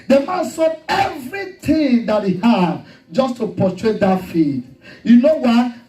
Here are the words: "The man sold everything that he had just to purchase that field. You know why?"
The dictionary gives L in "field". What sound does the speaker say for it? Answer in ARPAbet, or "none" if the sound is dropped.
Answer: none